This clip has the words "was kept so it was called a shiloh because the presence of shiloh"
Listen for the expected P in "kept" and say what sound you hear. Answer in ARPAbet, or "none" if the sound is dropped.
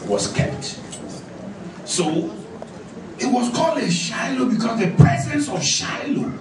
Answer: P